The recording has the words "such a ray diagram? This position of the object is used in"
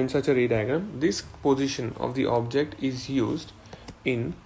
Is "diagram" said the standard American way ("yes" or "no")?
no